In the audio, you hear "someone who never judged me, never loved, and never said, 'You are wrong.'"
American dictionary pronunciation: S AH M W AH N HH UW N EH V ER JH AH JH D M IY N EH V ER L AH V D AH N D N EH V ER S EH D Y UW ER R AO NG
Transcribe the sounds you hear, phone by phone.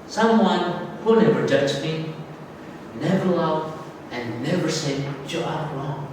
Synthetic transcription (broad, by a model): S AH M W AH N HH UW N EH V ER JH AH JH M IY N EH V ER L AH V AH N N EH V ER S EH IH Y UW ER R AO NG